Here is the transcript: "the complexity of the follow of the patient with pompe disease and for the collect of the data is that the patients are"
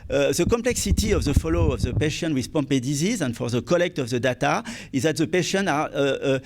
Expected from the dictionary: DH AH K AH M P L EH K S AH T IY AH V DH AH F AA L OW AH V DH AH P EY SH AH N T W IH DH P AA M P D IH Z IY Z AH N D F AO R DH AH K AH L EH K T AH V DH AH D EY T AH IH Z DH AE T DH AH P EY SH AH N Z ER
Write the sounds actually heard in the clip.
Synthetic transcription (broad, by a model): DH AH K AH M P L EH K S AH T IY AH V DH AH F AA L OW AH V DH AH P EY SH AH N W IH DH P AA M P D IH Z IY Z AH N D F AO R DH AH K AH L EH K T AH V DH AH D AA T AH IH Z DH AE T DH AH P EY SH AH N AA